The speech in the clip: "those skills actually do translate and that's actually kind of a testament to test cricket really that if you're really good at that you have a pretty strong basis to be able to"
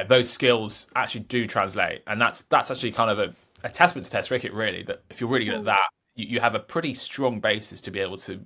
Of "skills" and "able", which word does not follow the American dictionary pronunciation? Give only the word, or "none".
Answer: none